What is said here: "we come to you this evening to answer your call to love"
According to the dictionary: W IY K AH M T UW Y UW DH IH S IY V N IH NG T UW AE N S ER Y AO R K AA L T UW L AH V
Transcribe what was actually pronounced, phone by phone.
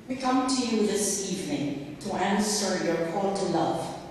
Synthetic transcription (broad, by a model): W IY K AH M T UW Y UW DH IH S IY V N IH NG T UW AE N S ER Y AO R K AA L T UW L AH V